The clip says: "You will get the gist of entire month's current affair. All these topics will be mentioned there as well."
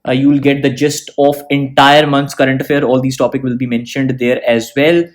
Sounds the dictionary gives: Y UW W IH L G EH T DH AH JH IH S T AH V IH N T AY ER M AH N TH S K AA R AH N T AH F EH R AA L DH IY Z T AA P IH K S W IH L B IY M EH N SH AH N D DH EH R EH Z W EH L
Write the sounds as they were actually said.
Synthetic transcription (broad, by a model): Y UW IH L G EH T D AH JH IH S T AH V IH N T AY ER M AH N T S K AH R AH N T AH F EH R AA L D IY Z T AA P IH K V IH L B IY M EH N SH AH N D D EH R EH Z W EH L